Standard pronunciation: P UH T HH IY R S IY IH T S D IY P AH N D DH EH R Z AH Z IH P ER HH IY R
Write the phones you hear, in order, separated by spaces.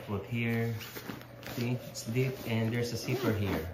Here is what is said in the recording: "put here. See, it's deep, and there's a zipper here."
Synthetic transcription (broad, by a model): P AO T HH IY R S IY IH T S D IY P AH N D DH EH R S AH S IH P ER HH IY R